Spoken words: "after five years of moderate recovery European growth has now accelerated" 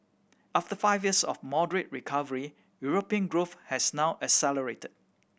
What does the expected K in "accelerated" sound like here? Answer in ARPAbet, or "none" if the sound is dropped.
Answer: none